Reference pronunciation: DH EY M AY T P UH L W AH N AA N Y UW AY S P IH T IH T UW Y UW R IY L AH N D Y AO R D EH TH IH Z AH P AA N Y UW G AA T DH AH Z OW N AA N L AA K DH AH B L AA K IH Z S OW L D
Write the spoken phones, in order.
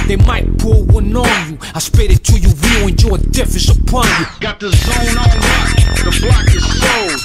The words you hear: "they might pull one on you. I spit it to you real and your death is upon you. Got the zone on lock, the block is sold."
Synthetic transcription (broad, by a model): DH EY M AY T P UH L W AH N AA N Y UW AY S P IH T IH T UW Y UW W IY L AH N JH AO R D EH F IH S AH P AA N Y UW G AA T DH AH Z OW N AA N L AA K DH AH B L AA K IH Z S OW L